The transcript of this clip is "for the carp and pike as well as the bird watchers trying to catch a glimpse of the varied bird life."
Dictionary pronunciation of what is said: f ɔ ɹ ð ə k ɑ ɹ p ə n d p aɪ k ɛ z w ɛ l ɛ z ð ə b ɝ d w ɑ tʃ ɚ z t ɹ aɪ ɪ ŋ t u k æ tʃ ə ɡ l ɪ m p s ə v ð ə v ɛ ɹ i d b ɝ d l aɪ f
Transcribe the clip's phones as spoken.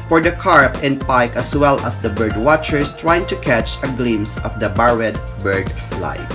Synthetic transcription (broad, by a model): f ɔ ɹ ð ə k ɑ ɹ p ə n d p aɪ k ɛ s w ɛ l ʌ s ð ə b ɝ d w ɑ tʃ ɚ s t ɹ aɪ ɪ ŋ t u k æ tʃ ə ɡ l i m s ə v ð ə b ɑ ɹ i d b ɝ d l aɪ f